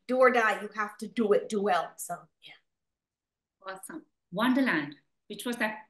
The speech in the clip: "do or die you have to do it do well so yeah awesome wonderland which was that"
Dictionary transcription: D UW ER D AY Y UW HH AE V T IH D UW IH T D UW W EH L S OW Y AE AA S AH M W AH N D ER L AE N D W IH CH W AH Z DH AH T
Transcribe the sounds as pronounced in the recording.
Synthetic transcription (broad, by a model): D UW ER D AY Y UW HH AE F T IH D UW IH T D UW W EH L S OW Y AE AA S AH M W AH N D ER L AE N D W IH CH W AH Z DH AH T